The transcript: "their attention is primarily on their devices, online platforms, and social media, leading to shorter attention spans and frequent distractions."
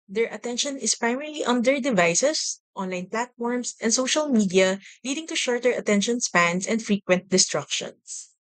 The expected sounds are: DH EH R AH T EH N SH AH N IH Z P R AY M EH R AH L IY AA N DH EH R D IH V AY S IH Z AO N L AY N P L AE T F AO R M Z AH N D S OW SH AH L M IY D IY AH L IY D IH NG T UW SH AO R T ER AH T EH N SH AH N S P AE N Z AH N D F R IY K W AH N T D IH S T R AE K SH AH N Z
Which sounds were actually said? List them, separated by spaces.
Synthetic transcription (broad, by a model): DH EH R AH T EH N SH AH N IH S P R AY M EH R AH L IY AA N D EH R D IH V AY S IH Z AO N L AY N P L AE T F AO R M S AH N D S OW SH AH L M IY D IY AH L IY D IH NG T UW SH AO R T ER AH T EH N SH AH N S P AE N S AH N D F R IY K W AH N T D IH S T R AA K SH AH N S